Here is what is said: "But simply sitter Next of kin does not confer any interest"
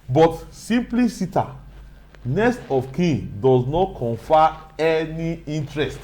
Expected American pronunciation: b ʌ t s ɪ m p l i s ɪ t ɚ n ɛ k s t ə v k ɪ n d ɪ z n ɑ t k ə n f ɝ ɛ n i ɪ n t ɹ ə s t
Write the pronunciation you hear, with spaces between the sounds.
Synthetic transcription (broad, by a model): b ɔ t s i m p l i s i t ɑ n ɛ s t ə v k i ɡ d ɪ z n ɑ t k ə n f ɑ ɛ n i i n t ɹ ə s t